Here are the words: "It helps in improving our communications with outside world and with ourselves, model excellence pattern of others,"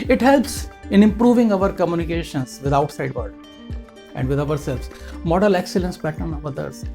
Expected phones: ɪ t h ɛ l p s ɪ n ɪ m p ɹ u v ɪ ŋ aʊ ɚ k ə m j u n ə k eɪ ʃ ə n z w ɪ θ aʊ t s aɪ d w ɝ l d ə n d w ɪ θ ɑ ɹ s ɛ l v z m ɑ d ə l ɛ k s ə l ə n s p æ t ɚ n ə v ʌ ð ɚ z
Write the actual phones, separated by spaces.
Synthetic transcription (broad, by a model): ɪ t h ɛ l p s ɪ n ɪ m p ɹ u v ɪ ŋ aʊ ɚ k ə m j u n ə k eɪ ʃ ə n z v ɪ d aʊ t s aɪ d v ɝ d ə n d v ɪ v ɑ ɹ s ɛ l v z m ɑ d ə l ɛ k s ə l ə n s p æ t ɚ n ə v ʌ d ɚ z